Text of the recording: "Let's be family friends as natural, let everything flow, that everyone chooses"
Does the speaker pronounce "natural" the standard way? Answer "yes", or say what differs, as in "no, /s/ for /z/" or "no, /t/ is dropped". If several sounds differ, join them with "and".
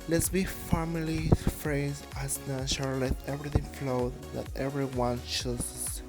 no, /ɹ/ is dropped